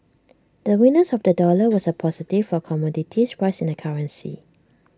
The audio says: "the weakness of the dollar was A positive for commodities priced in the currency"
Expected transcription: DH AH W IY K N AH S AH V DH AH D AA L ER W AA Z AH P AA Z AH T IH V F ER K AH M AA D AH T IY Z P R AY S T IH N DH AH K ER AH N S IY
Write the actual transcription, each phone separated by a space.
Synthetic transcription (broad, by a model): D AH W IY N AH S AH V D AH D AA L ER W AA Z AH P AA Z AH T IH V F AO K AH M AA D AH T IY S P R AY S IH N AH K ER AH N S IY